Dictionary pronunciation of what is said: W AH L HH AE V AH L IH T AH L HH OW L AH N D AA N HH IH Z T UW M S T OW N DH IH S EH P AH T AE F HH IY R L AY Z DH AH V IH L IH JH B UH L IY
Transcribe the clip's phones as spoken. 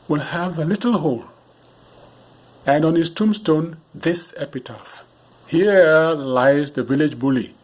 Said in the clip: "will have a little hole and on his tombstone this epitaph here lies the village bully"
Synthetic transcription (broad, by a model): W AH L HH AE V AH L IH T L HH OW L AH N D AA N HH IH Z T UW M S T OW N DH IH S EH P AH T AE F HH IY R L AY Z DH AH V IH L IH JH B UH L IY